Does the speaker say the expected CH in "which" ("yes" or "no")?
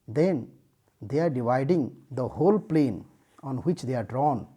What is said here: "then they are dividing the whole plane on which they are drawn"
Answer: yes